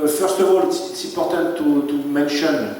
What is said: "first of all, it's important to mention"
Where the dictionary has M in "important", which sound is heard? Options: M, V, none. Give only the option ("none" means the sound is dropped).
none